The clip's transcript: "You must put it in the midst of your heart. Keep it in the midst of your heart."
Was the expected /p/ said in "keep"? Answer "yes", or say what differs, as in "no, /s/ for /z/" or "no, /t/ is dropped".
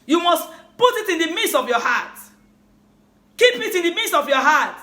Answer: yes